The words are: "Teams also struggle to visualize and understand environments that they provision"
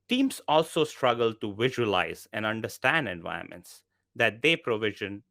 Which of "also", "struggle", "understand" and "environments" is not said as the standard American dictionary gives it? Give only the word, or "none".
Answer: environments